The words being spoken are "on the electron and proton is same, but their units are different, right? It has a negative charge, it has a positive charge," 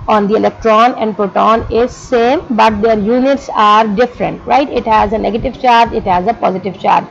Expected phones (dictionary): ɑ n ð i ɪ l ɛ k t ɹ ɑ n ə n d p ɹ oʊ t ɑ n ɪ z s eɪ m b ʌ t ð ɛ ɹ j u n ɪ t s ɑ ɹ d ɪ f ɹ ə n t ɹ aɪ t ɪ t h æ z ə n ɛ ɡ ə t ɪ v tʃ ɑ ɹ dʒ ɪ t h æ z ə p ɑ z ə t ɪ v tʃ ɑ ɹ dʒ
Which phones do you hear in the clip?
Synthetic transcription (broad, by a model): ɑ n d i ɪ l ɛ k t ɹ ɑ n ə n d p ɹ oʊ t ɑ n ɪ z s eɪ m b ʌ t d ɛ ɹ j u n ɪ t s ɑ ɹ d ɪ f ɹ ə n t ɹ aɪ t ɪ t h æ z ə n ɛ ɡ ə t ɪ v tʃ ɑ ɹ dʒ ɪ t h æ z ə p ɑ z ə t ɪ v tʃ ɑ ɹ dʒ